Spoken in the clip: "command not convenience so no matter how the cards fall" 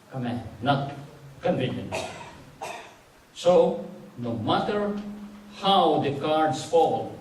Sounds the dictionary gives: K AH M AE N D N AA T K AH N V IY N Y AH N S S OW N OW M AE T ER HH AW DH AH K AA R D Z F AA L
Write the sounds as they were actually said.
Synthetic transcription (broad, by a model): K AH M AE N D N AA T K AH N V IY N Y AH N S S OW N OW M AE T ER HH AW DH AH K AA R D S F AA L